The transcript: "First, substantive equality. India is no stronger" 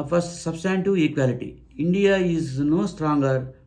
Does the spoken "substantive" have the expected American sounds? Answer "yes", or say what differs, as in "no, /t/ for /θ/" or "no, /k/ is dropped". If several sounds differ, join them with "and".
no, /v/ is dropped